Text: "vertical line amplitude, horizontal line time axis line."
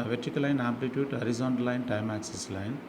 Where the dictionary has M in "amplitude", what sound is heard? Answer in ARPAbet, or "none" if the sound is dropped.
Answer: none